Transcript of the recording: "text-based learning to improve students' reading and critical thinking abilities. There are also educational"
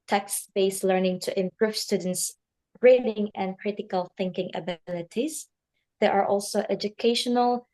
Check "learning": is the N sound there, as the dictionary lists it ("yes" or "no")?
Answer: yes